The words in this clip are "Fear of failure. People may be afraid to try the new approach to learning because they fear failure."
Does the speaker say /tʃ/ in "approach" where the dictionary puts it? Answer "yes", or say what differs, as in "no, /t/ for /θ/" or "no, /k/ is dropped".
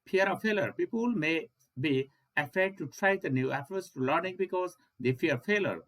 no, /s/ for /tʃ/